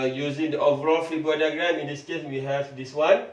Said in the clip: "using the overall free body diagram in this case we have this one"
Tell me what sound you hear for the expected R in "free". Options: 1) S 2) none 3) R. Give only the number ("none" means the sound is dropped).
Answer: 2